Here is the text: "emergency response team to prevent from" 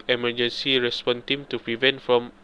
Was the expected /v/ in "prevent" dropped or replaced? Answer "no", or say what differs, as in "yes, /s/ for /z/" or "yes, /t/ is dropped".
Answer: no